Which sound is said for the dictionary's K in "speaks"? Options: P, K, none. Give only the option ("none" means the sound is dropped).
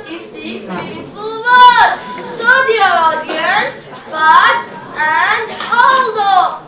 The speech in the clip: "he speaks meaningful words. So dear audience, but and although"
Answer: none